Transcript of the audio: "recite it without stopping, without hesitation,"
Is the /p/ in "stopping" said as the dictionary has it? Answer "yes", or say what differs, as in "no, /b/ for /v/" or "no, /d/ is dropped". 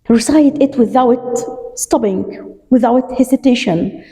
no, /b/ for /p/